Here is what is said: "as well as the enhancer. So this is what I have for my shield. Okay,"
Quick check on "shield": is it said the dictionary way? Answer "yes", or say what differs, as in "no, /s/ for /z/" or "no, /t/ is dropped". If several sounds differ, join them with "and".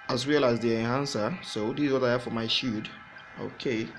no, /l/ is dropped